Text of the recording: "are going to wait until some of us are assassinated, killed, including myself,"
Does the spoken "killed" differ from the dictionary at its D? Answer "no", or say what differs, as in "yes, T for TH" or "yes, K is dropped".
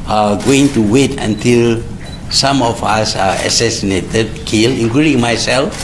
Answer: yes, D is dropped